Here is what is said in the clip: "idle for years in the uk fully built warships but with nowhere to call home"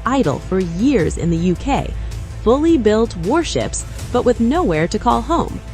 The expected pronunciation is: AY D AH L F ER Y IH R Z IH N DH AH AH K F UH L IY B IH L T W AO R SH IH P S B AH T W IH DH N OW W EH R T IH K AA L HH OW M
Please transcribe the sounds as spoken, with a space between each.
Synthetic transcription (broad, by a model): AY D L F ER Y IH R Z IH N DH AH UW K F UH L IY B IH L T W AO R SH IH P S B AH T W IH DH N OW W EH R T IH K AA L HH OW M